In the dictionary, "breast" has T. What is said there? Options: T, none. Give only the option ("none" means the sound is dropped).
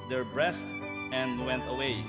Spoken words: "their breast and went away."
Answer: T